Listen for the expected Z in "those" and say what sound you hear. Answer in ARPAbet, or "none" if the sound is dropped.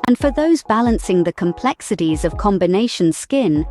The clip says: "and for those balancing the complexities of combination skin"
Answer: Z